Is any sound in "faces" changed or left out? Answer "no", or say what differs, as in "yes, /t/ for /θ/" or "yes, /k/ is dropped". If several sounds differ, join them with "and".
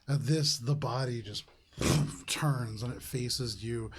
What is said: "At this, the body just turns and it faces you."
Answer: no